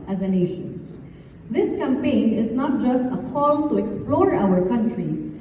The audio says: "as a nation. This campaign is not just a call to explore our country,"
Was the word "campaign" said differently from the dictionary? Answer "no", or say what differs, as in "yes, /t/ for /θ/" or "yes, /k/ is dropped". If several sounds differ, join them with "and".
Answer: no